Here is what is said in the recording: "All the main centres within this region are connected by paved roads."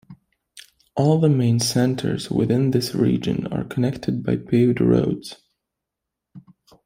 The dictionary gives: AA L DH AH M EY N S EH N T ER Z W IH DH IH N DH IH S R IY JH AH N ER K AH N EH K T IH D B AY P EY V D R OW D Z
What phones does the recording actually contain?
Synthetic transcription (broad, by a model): AA L DH AH M EY N S EH N T ER Z W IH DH IH N DH IH S R IY JH AH N ER K AH N EH K T IH D B AY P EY D R OW D Z